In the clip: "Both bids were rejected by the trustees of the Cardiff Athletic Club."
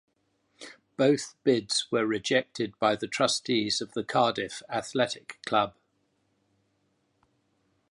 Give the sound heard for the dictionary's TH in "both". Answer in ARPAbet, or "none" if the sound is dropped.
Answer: TH